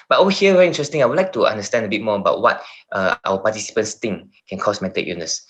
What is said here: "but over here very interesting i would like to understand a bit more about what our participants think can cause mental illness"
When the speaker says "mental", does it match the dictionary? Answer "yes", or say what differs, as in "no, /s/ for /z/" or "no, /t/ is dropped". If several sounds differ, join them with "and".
no, /n/ is dropped